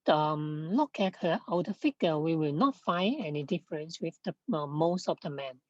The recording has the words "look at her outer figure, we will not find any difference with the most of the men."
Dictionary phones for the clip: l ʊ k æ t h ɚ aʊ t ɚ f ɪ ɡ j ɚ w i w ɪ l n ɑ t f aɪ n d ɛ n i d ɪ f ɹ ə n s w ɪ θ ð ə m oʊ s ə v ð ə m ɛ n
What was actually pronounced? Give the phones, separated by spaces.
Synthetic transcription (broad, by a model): l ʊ k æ t h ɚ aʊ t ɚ f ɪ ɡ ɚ w i w ɪ l n ɑ t f aɪ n ɛ n i d ɪ f ɹ ə n s w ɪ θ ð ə m oʊ s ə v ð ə m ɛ n